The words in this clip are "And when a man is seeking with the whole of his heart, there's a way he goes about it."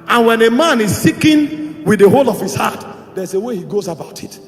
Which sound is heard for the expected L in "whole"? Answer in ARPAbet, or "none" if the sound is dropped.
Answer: L